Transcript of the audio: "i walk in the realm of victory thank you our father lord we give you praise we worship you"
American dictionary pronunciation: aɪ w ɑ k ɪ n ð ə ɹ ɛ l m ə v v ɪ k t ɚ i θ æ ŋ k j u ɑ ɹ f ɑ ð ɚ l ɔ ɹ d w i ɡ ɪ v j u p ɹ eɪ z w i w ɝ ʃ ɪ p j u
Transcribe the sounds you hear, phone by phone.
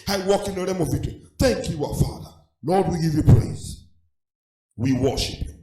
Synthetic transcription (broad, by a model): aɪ w ɑ k ɪ n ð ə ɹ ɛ m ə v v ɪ t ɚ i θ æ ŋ k j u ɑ f ɑ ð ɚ l ɔ d w i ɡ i v j u p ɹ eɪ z w i w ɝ ʃ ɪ p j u